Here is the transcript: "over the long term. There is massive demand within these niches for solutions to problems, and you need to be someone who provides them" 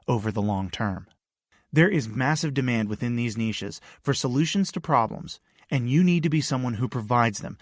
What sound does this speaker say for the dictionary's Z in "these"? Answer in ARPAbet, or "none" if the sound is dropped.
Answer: Z